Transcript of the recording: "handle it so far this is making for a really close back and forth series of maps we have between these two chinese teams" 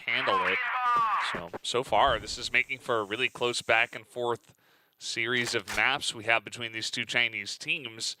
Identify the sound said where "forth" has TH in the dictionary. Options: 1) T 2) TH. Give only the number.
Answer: 2